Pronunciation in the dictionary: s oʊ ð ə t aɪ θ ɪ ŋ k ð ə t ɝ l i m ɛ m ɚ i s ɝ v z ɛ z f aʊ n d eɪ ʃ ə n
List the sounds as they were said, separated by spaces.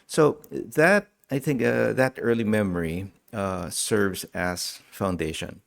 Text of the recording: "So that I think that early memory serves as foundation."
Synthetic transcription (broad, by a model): s oʊ ð ə t aɪ θ ɪ ŋ k ð ə t ɝ l i m ɛ m ɚ i s ɝ v z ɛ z f aʊ n d eɪ ʃ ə n